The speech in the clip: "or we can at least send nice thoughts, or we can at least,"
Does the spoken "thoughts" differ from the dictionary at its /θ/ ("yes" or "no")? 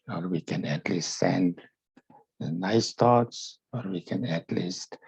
yes